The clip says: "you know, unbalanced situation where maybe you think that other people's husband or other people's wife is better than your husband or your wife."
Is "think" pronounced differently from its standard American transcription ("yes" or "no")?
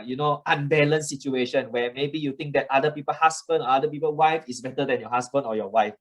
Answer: yes